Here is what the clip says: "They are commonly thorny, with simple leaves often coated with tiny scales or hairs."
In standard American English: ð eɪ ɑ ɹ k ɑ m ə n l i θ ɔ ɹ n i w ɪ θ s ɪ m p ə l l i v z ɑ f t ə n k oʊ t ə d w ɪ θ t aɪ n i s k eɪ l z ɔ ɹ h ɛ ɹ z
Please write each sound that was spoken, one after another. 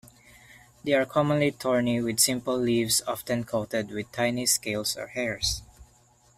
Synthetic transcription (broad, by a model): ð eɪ ɑ ɹ k ɑ m ə n l i t ɔ ɹ n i w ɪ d s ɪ m p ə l l i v s ɑ f t ə n k oʊ t ə d w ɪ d t aɪ n i s k eɪ l s ɔ ɹ h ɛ ɹ s